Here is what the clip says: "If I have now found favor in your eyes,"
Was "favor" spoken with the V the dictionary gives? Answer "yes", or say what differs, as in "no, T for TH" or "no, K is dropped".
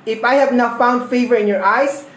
yes